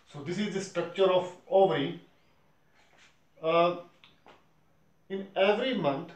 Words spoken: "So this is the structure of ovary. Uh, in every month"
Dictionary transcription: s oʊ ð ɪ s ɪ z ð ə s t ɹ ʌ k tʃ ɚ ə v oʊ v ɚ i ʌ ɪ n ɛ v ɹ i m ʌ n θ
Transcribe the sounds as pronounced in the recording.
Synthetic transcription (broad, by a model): s oʊ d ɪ s ɪ z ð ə s t ɹ ʌ k tʃ ɚ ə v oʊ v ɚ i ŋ ɪ n ɛ v ɹ i m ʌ n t